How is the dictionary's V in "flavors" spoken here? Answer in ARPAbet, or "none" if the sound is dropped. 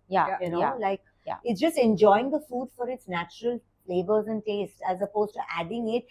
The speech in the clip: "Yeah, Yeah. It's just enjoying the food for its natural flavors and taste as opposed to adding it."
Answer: B